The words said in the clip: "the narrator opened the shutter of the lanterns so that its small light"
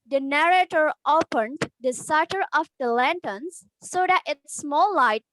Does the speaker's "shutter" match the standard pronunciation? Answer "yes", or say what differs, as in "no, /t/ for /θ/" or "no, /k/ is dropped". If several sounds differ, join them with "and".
no, /s/ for /ʃ/